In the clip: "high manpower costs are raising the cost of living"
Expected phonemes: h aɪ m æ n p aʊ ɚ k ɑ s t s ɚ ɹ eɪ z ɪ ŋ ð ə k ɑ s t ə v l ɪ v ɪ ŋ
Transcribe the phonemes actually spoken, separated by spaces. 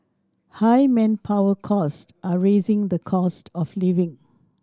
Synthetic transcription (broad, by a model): h aɪ m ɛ n p aʊ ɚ k ɑ s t ɚ ɹ eɪ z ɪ ŋ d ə k ɑ s t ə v l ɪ v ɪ ŋ